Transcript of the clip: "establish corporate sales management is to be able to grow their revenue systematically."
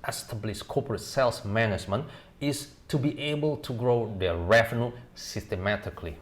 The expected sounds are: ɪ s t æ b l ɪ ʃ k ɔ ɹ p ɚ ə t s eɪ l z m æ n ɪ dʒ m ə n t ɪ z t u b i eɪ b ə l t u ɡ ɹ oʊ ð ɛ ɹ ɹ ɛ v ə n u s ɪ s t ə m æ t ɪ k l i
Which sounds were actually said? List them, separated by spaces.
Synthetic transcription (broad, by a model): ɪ s t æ b l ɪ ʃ k ɔ p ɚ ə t s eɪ l s m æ n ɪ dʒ m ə n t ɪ s t u b i eɪ b ə l t u ɡ ɹ oʊ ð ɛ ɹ ɹ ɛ f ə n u s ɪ s t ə m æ t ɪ k l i